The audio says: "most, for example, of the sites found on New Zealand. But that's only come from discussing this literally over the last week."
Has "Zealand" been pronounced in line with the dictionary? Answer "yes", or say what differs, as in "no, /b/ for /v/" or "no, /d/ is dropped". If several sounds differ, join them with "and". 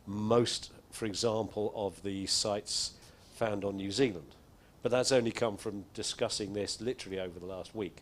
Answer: yes